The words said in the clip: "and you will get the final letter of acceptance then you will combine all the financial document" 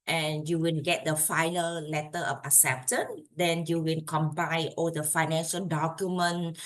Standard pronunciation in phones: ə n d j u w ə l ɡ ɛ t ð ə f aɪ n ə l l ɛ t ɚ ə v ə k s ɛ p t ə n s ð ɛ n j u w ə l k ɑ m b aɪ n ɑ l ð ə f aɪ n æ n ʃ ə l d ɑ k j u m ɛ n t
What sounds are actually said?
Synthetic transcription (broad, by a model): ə n j u w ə n ɡ ɛ t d ə f aɪ n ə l l ɛ t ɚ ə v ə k s ɛ p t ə n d ɛ n j u w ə n k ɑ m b aɪ ɑ l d ə f aɪ n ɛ n ʃ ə l d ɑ k j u m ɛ n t